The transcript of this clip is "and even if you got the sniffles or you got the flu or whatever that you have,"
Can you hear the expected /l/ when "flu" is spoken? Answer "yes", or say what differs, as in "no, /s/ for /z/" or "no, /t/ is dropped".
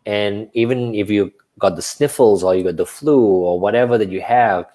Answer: yes